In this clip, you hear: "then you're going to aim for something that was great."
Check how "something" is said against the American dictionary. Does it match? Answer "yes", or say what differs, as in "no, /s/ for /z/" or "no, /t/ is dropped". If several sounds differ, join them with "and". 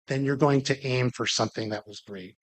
yes